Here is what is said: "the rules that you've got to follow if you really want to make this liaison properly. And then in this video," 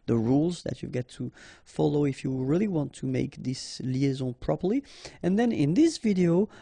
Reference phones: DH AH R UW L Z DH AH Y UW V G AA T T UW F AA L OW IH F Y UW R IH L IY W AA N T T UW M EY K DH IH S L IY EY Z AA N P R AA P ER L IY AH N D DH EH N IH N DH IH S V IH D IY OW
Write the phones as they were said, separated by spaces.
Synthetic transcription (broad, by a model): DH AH R UW L Z DH AH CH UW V G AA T T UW F AA L OW IH F Y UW R IH L IY W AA N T T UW M EY K DH IH S L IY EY Z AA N P R AA P ER L IY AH N DH EH N IH N DH IH S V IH D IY OW